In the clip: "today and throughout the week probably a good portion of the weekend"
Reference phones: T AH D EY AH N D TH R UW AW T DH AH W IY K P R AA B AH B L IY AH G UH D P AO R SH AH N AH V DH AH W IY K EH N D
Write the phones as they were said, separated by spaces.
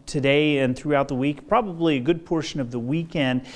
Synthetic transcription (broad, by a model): T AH D EY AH N TH R UW AW T DH AH W IY K P R AA B AH B L IY AH G UH D P AO R SH AH N AH V DH AH W IY K EH N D